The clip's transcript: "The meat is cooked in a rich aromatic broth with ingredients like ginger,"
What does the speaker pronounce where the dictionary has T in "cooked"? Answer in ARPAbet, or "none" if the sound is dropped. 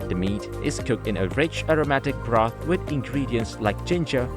T